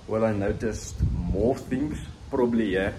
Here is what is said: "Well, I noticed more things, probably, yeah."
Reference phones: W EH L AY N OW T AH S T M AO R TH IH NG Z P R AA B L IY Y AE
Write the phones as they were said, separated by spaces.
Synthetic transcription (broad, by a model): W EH L AY N OW T AH S T M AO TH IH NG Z P R AA B L IY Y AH